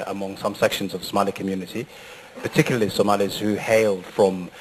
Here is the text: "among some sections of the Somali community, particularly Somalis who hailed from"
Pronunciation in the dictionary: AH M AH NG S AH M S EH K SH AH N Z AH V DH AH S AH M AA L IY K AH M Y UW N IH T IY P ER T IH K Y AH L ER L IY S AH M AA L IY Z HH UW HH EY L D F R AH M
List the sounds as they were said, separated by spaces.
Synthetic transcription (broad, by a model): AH M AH NG S AH M S EH K SH AH N Z AH V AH S AH M AA L IY K AH M Y UW N IH T IY P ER T IH K Y L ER L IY S AH M AA L IY Z HH UW HH EY L D F R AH M